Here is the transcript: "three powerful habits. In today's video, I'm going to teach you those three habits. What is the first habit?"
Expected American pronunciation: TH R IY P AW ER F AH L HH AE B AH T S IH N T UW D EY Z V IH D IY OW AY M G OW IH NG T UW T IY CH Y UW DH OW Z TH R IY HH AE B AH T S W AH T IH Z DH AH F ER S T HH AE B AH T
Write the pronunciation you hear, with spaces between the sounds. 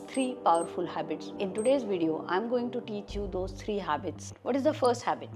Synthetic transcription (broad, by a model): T R IY P AW ER F AH L HH AE B AH T S IH N T UW D EY Z V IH D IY OW AY M G OW IH NG T UW T IY CH Y UW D OW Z T R IY HH AE B AH T S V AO T IH Z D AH F ER S T HH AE B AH T